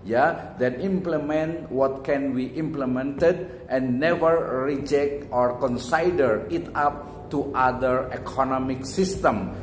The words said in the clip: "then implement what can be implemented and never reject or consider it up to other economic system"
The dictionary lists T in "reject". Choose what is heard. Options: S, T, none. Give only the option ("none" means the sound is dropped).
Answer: T